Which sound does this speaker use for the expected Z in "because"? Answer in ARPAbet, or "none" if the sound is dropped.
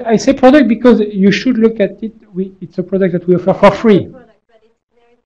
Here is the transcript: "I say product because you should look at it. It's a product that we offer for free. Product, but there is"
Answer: Z